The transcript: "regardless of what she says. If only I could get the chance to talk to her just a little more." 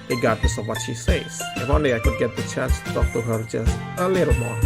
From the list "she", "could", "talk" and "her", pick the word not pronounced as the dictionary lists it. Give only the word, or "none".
none